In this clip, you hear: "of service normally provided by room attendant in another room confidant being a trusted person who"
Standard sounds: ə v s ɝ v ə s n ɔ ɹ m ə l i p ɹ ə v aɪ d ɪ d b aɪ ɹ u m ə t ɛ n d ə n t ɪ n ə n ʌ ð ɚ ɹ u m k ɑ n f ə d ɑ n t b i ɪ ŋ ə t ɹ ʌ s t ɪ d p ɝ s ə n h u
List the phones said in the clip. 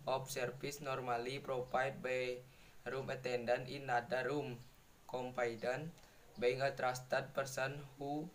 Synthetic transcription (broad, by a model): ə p s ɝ f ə s n ɔ ɹ m ə l i p ɹ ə p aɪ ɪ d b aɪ ɹ u m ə t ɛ n d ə n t ɪ n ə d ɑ ɹ u m k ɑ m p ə d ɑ n b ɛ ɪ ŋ ə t ɹ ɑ s t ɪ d p ɝ s ə n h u